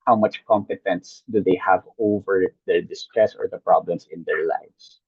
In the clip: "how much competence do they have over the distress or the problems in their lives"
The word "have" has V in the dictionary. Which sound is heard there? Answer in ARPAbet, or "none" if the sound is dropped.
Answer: V